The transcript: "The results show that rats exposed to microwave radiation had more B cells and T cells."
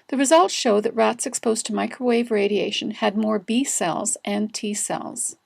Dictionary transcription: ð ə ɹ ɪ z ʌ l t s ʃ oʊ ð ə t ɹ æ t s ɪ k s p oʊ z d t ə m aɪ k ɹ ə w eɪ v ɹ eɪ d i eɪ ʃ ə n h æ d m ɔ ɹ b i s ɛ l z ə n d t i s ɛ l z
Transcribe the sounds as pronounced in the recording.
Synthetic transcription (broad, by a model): ð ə ɹ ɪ z ʌ l t ʃ oʊ ð ə t ɹ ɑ t s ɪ k s p oʊ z t ə m aɪ k ɹ ə w eɪ v ɹ eɪ d i eɪ ʃ ə n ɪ d m ɔ ɹ b i s ɛ l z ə n t i s ɛ l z